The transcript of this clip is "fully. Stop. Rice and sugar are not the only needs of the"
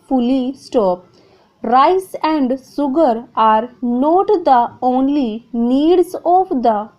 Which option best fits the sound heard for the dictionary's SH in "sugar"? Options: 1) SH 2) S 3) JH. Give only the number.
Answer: 2